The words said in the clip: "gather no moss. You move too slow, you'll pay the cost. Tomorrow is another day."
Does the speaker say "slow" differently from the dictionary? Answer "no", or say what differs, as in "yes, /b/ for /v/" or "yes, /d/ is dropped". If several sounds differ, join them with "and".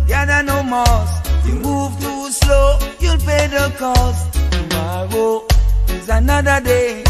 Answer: no